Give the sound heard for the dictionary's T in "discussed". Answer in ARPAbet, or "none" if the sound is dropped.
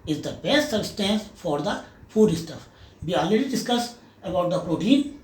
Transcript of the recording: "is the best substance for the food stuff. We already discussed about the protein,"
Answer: none